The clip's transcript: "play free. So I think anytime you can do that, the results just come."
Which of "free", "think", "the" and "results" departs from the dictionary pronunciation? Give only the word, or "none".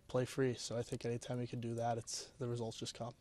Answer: none